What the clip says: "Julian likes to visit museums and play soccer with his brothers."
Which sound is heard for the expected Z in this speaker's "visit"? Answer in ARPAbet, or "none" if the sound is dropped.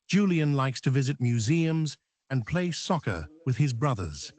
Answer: Z